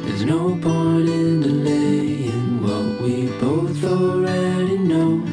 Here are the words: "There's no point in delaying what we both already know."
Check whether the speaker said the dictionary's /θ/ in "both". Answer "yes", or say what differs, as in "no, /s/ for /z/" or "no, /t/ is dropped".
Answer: yes